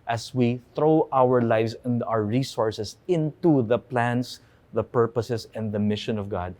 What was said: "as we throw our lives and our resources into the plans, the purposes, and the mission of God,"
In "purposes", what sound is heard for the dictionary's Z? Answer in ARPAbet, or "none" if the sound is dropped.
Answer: S